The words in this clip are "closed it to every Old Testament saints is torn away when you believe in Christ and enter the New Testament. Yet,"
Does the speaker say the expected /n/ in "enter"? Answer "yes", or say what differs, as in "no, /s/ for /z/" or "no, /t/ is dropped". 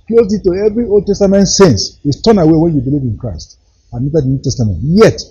no, /n/ is dropped